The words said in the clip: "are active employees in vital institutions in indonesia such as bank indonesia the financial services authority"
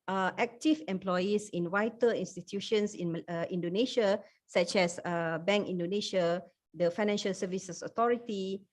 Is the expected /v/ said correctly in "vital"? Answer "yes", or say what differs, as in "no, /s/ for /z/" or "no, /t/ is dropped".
no, /w/ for /v/